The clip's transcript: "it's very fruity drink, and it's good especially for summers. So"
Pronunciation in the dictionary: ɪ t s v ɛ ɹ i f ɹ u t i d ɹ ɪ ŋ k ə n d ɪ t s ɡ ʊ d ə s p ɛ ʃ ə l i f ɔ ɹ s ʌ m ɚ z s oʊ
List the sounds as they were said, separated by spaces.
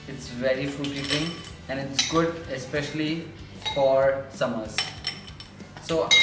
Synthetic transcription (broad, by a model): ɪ t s v ɛ ɹ i f ɹ u t i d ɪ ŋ ə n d ɪ t s ɡ ʊ d ə s p ɛ ʃ ə l i f ɔ ɹ s ʌ m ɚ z s oʊ